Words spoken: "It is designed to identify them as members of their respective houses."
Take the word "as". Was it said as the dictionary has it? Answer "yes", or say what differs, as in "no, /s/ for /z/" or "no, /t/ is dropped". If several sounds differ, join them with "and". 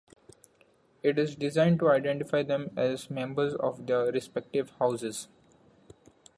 yes